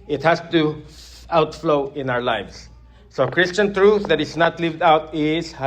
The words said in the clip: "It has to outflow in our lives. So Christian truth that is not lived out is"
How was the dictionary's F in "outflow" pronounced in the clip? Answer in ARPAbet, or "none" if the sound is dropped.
F